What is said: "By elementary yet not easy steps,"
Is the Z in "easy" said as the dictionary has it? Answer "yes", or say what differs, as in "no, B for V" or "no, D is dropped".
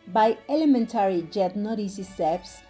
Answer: no, S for Z